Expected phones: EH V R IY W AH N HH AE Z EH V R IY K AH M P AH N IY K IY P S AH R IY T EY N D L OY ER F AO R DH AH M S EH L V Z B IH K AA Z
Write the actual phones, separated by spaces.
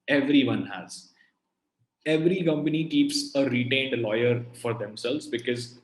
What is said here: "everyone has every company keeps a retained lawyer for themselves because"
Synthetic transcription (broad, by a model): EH V R IY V AH N HH AE Z EH V R IY K AH M P AH N IY K IY P S AH R IY T EY N D L OY ER F AO R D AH M S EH L V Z B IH K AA Z